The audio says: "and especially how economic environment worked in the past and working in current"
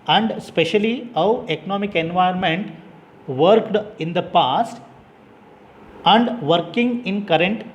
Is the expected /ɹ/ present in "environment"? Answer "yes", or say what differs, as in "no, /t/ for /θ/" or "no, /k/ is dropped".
no, /ɹ/ is dropped